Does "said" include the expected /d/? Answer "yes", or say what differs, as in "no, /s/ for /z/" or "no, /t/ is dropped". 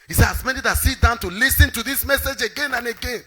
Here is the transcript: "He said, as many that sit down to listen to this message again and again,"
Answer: no, /d/ is dropped